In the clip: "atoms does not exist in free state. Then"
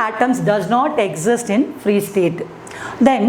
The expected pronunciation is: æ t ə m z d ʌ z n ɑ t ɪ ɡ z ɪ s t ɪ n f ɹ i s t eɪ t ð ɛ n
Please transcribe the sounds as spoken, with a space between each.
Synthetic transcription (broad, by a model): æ t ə m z d ʌ z n ɑ t ɪ ɡ z ɪ s t ɪ n f ɹ i s t eɪ t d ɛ n